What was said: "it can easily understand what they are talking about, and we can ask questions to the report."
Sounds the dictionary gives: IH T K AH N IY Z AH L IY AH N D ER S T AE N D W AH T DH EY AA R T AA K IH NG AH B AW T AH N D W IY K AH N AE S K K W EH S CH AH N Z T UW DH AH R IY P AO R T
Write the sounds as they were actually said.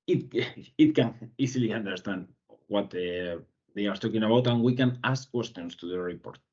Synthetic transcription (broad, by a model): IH T K AH N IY S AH L IY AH N D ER S T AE N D W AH T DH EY AA R T AA K IH NG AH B AW T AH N W IY K AH N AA S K K W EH S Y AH N S T UW DH AH R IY P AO R T